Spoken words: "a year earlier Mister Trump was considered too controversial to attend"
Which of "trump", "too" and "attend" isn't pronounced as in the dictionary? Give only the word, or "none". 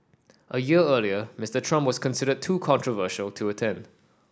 none